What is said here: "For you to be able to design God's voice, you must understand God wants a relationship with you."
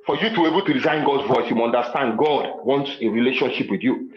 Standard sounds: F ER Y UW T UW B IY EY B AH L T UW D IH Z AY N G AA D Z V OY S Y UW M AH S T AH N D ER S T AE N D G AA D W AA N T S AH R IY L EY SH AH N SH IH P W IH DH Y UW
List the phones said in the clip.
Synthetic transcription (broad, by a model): F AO Y UW T UW EY B AH L T UW D IH Z AY N G AA D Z V OY S Y UW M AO N D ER S T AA N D G AA D W AA N T S AH R IY L EY SH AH N SH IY P W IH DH Y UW